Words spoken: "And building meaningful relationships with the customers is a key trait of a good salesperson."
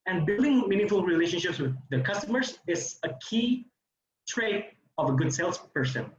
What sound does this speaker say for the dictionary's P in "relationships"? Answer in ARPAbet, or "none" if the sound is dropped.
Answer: P